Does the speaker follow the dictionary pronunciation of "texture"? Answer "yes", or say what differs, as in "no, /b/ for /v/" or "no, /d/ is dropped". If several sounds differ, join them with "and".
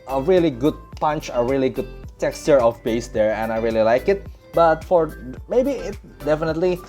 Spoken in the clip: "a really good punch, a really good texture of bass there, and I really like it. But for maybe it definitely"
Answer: yes